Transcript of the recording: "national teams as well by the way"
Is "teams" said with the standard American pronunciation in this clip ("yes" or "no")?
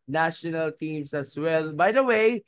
no